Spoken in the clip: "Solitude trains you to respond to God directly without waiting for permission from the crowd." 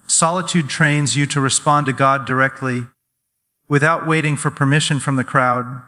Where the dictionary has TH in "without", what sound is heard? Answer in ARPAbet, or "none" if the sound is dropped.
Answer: TH